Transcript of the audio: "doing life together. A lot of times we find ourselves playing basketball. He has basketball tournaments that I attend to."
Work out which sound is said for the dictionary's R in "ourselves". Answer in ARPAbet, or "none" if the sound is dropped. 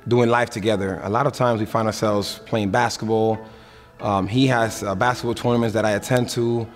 R